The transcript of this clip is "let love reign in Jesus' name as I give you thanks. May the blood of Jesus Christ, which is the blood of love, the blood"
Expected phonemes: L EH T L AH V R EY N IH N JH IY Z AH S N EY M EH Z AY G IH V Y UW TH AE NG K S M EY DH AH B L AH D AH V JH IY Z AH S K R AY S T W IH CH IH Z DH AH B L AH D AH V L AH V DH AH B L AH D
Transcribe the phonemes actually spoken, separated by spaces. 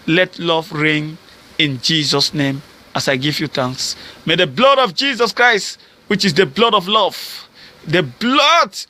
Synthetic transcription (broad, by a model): L EH T L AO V R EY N IH N JH IY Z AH S N EY M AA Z AY G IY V Y UW T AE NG K S M EY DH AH B L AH D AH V JH IY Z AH S K R AY S T W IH CH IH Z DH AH B L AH D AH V L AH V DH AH B L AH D